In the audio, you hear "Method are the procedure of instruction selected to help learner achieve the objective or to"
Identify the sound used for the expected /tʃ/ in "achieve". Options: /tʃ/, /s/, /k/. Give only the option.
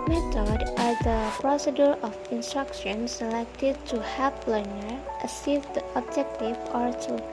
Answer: /s/